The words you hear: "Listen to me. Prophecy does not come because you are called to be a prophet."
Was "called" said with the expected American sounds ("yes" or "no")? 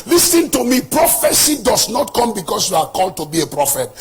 yes